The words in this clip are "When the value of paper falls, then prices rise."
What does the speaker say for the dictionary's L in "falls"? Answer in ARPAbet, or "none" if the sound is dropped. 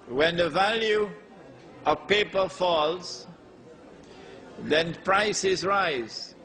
L